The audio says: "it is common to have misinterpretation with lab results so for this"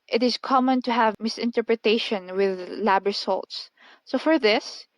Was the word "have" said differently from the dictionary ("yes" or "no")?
no